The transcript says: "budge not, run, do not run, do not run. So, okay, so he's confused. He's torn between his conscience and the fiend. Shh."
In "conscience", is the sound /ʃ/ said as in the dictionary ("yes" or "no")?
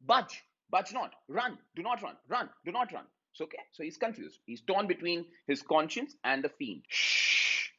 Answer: yes